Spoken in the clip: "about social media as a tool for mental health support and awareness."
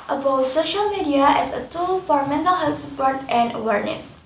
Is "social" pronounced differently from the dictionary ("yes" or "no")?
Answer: no